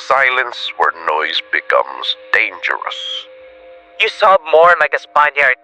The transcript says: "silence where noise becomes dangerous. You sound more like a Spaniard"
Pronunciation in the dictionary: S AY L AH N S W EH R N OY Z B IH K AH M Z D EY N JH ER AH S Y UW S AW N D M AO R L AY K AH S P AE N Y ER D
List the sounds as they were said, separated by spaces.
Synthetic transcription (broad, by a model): S AY L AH N S W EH R N OY Z B IH K AH M Z D EY N JH ER AH S Y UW S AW D M AO R L AY K AH S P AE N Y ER